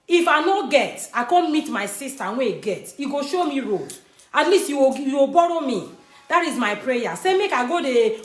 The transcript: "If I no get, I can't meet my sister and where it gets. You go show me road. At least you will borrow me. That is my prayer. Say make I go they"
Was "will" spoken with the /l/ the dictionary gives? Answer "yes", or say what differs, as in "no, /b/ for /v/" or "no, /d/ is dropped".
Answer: no, /w/ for /l/